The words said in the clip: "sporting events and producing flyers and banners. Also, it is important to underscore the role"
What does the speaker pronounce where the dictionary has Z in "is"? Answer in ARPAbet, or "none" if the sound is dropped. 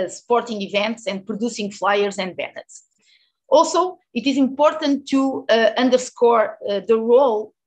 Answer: Z